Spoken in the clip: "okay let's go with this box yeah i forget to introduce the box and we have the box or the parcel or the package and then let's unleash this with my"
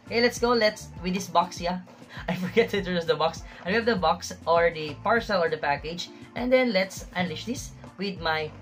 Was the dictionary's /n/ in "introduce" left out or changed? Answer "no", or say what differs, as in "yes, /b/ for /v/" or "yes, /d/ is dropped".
yes, /n/ is dropped